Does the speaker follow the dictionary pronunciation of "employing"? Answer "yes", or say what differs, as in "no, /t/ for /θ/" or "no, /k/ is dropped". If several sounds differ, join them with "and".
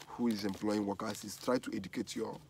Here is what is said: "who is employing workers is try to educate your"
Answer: yes